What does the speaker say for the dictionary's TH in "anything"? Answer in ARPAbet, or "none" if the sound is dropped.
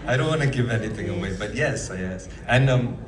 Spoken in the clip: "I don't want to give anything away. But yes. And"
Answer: TH